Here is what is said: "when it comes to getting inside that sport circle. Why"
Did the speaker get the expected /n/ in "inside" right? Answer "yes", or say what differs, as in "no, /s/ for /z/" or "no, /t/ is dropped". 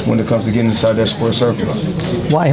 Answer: no, /n/ is dropped